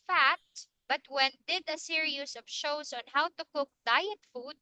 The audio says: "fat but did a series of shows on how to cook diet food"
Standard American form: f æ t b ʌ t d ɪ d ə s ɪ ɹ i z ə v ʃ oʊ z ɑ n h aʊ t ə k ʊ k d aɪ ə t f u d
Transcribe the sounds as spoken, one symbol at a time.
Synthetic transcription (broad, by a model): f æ t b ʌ t d ɪ d ə s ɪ ɹ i s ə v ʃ oʊ s ɑ n h aʊ t ə k ʊ k d aɪ ə t f u d